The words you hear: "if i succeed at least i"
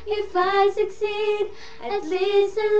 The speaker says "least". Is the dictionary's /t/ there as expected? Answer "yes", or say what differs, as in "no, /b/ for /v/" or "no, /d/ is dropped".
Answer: no, /t/ is dropped